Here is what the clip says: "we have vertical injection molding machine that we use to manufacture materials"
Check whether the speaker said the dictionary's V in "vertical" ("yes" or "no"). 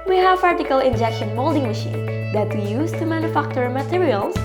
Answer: no